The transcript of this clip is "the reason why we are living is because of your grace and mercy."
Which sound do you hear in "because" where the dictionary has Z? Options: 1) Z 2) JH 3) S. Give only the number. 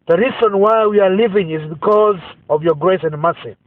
1